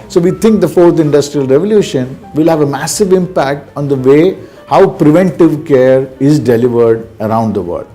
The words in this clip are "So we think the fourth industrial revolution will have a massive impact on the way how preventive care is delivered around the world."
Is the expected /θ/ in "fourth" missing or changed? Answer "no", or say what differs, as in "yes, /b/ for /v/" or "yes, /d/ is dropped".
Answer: yes, /t/ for /θ/